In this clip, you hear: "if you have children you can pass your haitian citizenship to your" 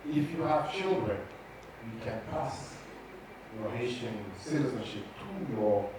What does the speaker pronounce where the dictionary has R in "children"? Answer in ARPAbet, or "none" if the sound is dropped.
R